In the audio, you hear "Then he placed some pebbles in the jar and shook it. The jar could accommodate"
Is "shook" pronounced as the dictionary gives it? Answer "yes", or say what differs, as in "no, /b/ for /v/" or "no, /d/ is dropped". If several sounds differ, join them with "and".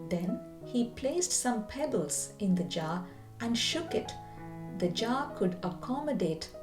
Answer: yes